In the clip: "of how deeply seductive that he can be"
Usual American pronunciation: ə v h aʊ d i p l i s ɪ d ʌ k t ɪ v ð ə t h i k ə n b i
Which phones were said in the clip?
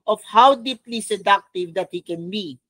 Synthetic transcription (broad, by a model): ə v h aʊ d i p l i s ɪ d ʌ k t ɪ v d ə t h i k ə n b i